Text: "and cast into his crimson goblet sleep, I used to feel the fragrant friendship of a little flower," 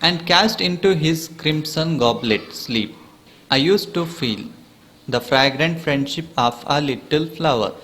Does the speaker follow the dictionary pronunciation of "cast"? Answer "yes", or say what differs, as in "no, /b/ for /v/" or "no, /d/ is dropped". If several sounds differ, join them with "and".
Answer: yes